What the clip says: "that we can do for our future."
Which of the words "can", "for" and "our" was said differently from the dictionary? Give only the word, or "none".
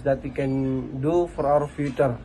our